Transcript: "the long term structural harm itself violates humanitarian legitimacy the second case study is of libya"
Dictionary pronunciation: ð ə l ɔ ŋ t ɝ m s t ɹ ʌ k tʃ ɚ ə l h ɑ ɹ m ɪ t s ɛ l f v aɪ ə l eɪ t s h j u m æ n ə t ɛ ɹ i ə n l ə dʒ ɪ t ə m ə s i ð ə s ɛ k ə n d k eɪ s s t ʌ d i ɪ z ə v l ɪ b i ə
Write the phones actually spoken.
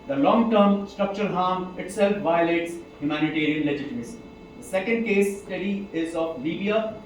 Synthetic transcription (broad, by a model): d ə l ɔ ŋ t ɝ m s t ɹ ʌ k tʃ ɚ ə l h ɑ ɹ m ɪ t s ɛ l f v aɪ ə l eɪ t s h j u m æ n ə t ɛ ɹ i ə n l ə dʒ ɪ t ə m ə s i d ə s ɛ k ə n d k eɪ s s t ʌ d i ɪ z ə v l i b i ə